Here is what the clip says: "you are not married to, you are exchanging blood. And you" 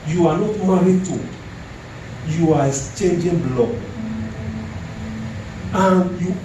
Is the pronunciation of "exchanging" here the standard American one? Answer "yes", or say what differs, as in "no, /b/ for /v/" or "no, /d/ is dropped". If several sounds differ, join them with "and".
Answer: no, /k/ is dropped